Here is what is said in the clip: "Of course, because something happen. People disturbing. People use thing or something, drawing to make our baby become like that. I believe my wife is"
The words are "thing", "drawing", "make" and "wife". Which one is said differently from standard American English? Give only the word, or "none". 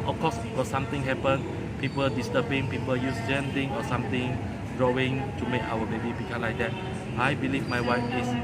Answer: thing